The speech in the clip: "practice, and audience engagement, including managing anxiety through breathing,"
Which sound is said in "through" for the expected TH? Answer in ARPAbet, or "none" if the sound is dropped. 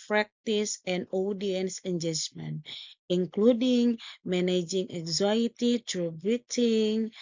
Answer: T